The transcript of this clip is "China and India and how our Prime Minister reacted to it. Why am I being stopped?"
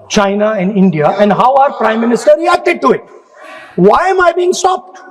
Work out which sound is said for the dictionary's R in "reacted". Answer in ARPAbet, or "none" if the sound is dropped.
L